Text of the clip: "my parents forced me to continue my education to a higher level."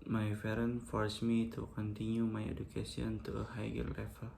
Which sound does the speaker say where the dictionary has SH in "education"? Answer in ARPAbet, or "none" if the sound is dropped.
S